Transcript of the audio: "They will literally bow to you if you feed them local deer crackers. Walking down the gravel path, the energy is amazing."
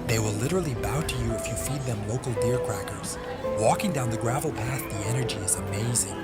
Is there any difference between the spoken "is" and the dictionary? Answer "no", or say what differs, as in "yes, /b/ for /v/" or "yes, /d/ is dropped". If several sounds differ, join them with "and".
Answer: no